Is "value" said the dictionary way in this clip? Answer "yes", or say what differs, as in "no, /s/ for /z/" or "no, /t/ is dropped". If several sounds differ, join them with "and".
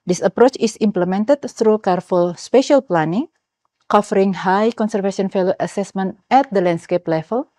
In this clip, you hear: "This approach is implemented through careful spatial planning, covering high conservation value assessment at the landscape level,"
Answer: no, /f/ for /v/